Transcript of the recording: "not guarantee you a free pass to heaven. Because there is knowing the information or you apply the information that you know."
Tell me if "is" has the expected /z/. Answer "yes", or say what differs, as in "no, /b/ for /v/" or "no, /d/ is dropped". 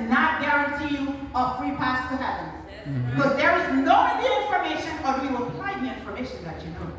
yes